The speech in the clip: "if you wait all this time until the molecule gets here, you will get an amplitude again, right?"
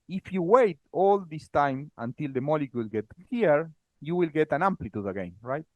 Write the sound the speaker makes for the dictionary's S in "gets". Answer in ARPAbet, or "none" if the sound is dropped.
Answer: none